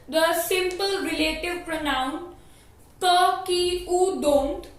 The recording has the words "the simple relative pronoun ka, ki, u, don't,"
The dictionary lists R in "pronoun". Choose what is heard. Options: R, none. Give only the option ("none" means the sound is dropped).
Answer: R